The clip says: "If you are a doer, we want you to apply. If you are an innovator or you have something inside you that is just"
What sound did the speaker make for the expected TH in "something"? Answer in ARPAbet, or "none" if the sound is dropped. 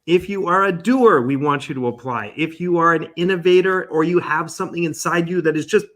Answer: TH